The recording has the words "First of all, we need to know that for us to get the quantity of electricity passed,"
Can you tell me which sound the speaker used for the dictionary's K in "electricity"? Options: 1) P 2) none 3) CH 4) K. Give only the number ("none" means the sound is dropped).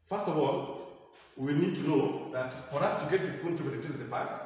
2